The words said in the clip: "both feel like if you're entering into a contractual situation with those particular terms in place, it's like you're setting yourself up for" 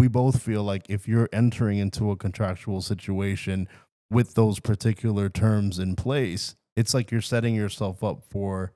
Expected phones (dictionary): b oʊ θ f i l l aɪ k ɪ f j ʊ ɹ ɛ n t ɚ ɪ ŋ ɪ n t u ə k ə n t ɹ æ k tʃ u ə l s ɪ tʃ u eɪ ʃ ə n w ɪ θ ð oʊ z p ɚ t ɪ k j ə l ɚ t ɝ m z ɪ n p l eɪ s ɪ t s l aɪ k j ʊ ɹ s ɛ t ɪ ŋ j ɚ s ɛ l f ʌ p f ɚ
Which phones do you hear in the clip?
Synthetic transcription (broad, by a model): b oʊ θ f i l l aɪ k ɪ f j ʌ ɹ ɛ n t ɚ ɪ ŋ ɪ n t u ə k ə n t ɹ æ k tʃ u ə l s ɪ tʃ u eɪ ʃ ə n w ɪ ð oʊ z p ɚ t ɪ k j l ɚ t ɝ m z ɪ n p l eɪ s ɪ t s l aɪ k j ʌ ɹ s ɛ t ɪ ŋ j ɚ s ɛ l f ʌ p f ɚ